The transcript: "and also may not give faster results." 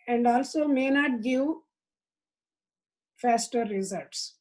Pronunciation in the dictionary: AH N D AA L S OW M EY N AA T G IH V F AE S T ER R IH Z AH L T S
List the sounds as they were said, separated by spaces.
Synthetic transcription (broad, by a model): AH N D AA L S OW M EY N AA T G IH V F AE S T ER R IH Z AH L T S